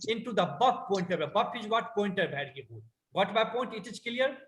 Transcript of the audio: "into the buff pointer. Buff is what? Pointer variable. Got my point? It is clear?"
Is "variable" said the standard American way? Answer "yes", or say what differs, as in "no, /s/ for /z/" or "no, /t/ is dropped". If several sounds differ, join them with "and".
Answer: no, /b/ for /v/